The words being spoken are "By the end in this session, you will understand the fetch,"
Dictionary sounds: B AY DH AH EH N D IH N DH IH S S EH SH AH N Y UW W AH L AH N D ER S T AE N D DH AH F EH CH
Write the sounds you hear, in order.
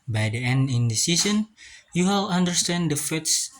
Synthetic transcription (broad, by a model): B AY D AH EH N D IH N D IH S S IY S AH N Y UW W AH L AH N D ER S T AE N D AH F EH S